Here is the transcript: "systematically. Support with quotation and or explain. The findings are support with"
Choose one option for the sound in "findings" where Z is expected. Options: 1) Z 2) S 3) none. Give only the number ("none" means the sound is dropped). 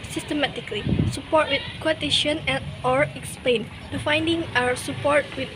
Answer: 3